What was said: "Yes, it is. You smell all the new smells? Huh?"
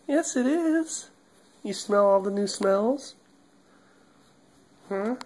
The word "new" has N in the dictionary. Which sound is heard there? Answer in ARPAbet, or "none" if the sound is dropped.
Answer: N